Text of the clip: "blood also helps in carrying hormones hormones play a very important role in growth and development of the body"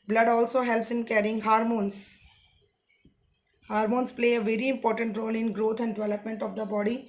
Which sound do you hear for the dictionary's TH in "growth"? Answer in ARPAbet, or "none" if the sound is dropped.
T